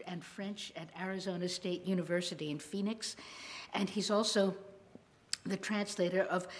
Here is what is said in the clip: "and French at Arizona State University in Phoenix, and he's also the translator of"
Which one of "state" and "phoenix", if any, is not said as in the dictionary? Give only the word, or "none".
none